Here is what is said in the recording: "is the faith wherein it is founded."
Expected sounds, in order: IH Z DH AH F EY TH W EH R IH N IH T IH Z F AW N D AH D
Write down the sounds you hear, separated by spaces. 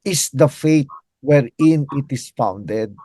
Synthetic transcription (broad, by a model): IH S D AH F EY T W EH R IH N IH T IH S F AW N D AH D